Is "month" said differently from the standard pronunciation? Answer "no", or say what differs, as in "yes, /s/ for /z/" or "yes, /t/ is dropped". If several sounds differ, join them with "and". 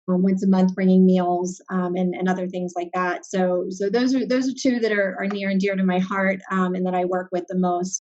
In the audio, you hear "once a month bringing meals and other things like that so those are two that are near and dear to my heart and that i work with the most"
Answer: no